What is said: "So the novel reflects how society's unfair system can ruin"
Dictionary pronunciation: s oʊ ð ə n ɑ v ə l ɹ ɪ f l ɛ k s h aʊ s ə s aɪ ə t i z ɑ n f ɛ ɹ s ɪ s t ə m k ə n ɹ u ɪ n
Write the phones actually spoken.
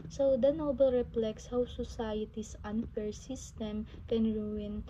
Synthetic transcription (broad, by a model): s oʊ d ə n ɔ b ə l ɹ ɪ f l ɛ k s h aʊ s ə s aɪ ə t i s ɑ n f ɛ ɹ s ɪ s t ə m k ə n ɹ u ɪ n